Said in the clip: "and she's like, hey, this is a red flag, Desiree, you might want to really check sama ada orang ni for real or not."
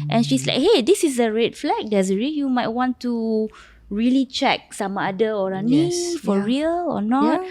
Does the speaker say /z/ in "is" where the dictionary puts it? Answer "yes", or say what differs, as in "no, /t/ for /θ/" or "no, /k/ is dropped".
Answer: no, /s/ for /z/